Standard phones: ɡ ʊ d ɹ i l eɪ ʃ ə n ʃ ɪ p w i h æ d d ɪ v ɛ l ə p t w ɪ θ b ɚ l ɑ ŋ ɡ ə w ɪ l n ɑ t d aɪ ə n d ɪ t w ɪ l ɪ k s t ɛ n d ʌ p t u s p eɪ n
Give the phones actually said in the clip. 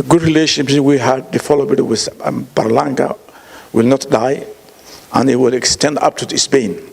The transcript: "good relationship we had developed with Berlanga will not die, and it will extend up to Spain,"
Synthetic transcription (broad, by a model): ɡ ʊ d ɹ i l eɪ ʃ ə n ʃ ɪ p w i h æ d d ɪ f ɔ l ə b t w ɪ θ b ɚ l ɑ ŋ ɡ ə w ɪ l n ɑ t d aɪ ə n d ɪ t w ɪ l ɪ k s t ɛ n d ʌ p t u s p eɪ n